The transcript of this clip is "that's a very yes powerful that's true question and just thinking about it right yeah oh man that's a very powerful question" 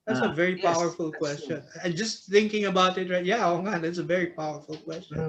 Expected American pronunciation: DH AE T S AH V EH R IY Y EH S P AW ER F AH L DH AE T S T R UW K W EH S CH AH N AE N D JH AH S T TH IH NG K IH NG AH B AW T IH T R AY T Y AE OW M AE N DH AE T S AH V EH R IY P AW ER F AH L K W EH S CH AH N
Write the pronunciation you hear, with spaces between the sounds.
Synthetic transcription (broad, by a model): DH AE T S AH V EH R IY P AW ER F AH L K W EH S CH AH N N JH AH S TH IH NG K IH NG AH B AW T IH T R AY T Y AE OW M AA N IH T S AH V EH R IY P AW ER F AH L K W EH S CH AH N